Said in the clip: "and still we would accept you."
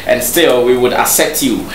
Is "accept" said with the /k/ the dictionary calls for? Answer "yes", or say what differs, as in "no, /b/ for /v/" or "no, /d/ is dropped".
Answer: no, /k/ is dropped